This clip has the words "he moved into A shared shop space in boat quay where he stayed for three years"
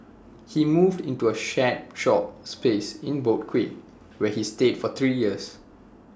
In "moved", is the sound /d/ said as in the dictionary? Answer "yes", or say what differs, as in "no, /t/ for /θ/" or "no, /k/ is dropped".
yes